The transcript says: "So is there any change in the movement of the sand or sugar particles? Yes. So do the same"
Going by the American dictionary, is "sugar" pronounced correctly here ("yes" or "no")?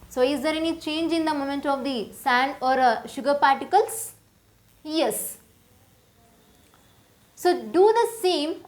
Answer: yes